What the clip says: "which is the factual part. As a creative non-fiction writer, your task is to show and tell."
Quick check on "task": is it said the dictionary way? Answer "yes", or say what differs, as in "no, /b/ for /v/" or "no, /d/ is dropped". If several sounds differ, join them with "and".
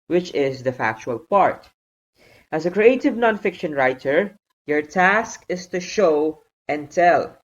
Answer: yes